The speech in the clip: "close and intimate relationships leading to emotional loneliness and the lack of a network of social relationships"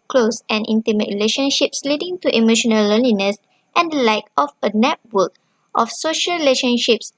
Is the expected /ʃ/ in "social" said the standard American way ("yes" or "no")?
yes